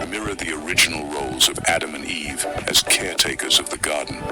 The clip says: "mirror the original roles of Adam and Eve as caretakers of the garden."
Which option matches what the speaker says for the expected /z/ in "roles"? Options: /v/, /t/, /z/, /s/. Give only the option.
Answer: /z/